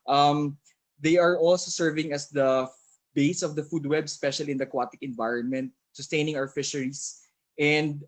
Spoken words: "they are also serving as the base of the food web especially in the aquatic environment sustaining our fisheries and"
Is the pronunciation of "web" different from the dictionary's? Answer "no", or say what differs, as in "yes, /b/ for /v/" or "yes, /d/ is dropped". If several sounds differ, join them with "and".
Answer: no